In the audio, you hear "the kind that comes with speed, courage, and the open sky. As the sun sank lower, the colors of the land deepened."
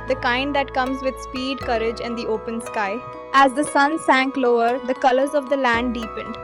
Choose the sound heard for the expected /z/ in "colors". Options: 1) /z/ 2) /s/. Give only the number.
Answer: 1